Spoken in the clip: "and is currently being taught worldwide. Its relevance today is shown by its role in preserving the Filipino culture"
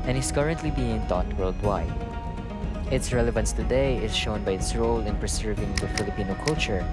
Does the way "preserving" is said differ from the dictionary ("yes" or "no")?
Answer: yes